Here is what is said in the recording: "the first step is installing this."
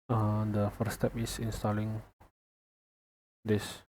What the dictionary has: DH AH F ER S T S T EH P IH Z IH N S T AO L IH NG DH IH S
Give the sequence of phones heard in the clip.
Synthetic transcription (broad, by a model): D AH F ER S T S T EH P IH S IH N S T AO L IH NG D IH S